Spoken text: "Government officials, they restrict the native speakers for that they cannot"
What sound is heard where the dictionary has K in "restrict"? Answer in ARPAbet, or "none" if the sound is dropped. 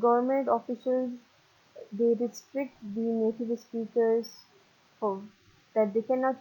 K